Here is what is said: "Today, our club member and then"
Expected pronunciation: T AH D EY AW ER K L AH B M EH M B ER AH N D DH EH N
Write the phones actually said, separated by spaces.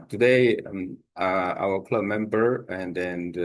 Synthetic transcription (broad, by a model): T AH D EY AW ER K L AH B M EH M B ER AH N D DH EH N